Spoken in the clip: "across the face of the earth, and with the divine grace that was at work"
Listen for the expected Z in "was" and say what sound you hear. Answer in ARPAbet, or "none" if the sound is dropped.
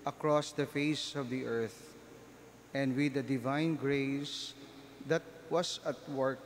S